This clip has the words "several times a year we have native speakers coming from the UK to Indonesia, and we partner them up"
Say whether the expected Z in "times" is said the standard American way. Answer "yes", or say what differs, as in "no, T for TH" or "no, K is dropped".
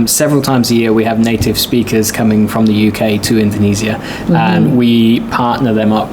yes